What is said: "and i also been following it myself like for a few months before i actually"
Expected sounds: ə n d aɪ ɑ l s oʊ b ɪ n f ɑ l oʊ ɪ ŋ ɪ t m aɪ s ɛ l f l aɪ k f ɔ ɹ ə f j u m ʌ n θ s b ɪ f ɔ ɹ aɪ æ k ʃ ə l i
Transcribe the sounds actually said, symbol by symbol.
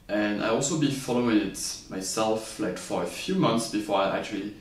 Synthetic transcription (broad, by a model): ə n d aɪ ɑ l s oʊ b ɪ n f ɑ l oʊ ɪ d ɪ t m aɪ s ɛ l f l aɪ k f ɔ ɹ ə f j u m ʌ n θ s b ɪ f ɔ ɹ aɪ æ k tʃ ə l i